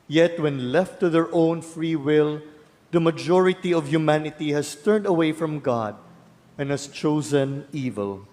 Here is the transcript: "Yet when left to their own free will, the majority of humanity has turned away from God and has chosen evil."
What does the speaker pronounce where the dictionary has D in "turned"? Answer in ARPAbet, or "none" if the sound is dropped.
D